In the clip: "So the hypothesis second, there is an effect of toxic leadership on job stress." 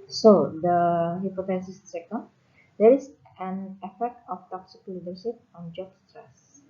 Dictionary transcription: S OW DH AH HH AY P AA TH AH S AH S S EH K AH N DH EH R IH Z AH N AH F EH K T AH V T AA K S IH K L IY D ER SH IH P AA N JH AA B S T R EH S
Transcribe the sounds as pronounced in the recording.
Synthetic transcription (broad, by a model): S OW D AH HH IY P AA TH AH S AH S S EH K AH N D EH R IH S AH N AH F EH K T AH F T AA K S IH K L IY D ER S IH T AA N JH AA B S T R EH S